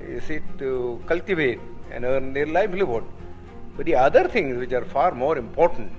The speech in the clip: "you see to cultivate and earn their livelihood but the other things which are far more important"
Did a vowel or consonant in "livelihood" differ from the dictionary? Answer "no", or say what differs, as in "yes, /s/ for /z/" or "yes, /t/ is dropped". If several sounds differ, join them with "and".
yes, /b/ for /v/